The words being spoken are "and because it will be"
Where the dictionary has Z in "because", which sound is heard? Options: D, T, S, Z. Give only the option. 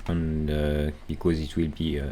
Z